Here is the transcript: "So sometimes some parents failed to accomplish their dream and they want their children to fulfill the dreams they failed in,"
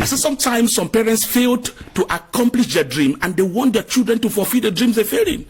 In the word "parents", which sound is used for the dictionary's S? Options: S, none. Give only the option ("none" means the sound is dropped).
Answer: S